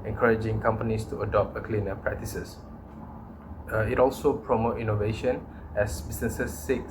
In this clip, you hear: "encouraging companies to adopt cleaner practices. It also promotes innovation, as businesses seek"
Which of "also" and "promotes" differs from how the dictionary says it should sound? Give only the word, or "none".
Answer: promotes